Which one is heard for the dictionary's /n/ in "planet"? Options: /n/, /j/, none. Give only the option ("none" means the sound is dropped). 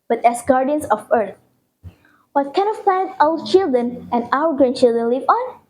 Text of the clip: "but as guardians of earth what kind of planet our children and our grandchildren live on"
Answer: none